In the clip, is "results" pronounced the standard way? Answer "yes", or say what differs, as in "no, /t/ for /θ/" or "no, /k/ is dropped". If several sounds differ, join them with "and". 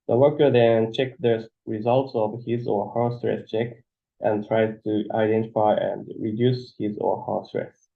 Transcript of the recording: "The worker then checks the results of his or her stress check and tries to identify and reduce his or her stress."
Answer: yes